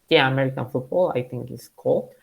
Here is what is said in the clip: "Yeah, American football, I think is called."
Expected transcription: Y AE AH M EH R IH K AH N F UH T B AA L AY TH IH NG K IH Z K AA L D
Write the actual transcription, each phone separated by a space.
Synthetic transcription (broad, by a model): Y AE AH M EH R IH K AH N F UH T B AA L AY T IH NG K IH S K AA L